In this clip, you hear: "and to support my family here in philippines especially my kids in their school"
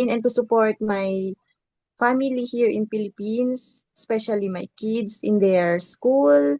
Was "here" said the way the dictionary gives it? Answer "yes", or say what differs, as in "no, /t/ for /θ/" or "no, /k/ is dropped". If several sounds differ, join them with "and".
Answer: yes